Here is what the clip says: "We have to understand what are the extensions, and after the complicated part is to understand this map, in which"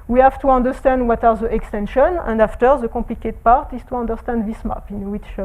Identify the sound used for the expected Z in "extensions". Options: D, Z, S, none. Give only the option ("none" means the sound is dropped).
none